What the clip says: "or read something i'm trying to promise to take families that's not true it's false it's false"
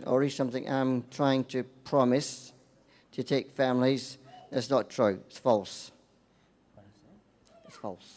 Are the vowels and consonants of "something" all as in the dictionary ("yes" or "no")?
yes